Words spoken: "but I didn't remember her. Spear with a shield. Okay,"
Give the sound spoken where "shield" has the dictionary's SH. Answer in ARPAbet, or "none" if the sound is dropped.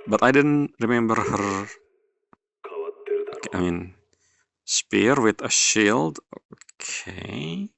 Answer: SH